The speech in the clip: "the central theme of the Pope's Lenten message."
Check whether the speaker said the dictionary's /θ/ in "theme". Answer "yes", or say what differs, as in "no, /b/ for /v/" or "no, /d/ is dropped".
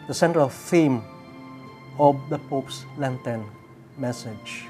no, /f/ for /θ/